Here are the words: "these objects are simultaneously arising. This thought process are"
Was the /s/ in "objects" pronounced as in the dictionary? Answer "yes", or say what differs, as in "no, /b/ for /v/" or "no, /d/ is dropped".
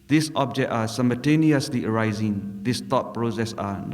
no, /s/ is dropped